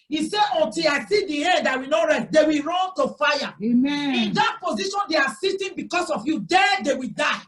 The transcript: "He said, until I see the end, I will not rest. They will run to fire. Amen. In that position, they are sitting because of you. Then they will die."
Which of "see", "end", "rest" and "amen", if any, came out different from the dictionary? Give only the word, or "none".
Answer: amen